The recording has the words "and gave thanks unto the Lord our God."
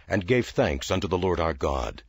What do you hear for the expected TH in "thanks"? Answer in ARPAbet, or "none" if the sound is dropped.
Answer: TH